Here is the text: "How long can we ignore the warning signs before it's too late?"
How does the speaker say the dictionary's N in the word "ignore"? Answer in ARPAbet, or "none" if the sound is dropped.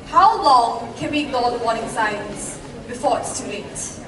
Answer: none